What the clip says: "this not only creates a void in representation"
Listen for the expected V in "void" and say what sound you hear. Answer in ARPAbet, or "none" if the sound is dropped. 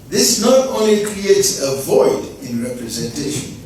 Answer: V